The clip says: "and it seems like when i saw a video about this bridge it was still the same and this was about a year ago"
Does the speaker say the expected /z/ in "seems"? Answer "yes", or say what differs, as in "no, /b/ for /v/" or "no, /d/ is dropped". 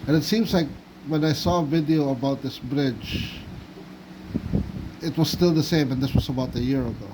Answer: yes